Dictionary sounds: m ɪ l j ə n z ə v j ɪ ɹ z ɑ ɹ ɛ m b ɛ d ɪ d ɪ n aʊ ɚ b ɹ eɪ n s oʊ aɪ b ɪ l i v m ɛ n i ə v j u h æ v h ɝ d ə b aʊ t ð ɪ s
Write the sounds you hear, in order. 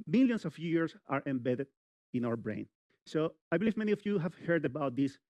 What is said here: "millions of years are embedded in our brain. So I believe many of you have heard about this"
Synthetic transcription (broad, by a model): m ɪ l j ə n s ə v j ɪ ɹ s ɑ ɹ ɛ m b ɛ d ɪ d ɪ n aʊ ɚ b ɹ eɪ n s oʊ aɪ b ɪ l i v m ɛ n i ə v j u h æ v h ɝ d ə b aʊ t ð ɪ s